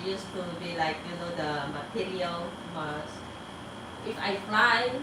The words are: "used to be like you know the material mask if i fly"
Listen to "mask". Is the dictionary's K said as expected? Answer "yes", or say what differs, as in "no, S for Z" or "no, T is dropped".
no, K is dropped